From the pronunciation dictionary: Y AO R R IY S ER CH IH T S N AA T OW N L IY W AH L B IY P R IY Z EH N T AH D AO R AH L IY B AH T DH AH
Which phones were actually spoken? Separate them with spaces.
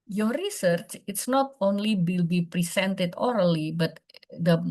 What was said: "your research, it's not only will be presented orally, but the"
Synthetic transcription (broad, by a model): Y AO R R IY S ER CH IH T S N AA T OW N L IY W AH L B IY P R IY S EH N T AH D AO R AH L IY B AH T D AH